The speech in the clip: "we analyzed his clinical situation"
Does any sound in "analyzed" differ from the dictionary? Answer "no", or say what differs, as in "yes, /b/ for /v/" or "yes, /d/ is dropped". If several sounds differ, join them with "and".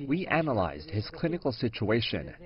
no